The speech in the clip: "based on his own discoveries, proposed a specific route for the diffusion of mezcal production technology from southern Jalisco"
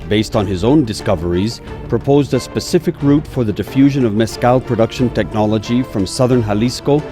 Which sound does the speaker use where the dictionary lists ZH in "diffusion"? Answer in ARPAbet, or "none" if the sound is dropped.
ZH